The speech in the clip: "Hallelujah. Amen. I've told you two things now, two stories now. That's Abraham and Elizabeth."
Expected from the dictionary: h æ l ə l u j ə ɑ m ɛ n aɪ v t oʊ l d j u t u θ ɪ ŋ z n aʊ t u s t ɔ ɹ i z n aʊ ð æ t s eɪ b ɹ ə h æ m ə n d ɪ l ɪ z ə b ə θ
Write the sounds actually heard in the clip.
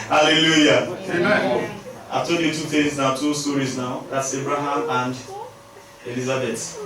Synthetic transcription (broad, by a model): h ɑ l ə l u j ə ɑ ɪ t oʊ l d j u t u t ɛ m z n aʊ t u s t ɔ ɹ i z n aʊ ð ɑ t s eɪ b ɹ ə h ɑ m ə n d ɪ l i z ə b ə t